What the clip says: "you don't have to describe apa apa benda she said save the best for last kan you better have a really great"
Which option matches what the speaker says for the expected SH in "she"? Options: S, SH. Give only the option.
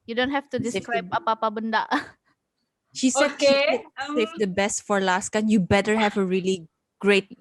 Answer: SH